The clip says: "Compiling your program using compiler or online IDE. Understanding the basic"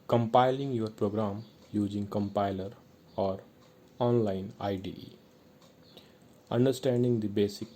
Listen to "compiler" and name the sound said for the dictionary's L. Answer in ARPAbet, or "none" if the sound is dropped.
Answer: L